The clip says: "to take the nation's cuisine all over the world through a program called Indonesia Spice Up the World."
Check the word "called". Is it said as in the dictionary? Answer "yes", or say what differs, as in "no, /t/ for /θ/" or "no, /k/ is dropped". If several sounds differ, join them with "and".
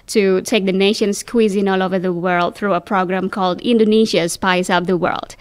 yes